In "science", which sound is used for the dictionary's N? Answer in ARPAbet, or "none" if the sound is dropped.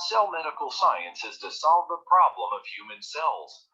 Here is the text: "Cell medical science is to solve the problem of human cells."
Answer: N